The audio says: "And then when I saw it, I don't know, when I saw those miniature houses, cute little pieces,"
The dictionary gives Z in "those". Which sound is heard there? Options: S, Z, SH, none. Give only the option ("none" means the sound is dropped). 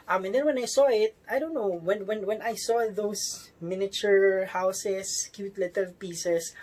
S